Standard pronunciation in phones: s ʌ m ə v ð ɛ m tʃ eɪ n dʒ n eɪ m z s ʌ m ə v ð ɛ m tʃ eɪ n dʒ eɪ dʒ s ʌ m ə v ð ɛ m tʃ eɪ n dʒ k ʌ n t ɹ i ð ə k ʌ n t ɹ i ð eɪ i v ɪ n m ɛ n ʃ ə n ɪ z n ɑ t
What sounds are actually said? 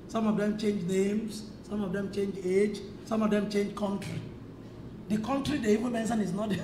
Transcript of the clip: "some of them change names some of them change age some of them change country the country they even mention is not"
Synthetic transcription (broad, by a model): s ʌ m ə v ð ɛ m tʃ eɪ n dʒ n eɪ m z s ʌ m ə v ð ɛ m tʃ eɪ n dʒ eɪ dʒ s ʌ m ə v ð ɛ m tʃ eɪ n dʒ k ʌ n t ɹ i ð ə k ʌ n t ɹ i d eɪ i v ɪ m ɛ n s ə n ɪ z n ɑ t